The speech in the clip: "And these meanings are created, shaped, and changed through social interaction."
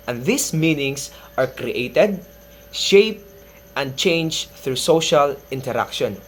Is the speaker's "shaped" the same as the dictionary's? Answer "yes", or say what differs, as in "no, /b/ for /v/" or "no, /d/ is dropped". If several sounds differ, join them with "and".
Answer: yes